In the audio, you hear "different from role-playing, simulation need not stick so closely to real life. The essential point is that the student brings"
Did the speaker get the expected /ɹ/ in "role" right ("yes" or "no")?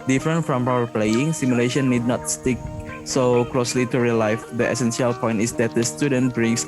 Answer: no